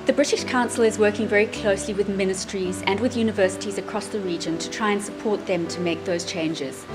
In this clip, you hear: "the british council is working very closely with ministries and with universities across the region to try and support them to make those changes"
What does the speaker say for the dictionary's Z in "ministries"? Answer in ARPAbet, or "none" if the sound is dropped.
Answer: Z